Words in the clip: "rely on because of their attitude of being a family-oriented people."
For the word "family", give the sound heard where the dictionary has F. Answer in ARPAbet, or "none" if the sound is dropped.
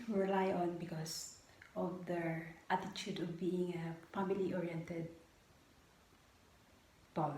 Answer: P